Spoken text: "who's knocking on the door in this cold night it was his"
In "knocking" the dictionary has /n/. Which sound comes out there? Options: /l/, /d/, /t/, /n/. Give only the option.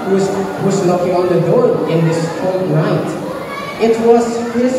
/l/